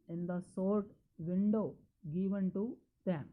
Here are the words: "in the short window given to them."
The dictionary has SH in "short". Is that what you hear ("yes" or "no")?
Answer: no